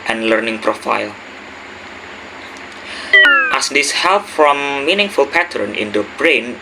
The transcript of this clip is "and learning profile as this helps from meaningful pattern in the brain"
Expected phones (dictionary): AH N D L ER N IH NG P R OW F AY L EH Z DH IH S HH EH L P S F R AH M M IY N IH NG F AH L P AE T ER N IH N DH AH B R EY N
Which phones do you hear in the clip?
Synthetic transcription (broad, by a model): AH N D L ER N IH NG P R OW F AY L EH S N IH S HH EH L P F R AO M M IY N IH NG F AH L P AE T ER N IH N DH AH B R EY N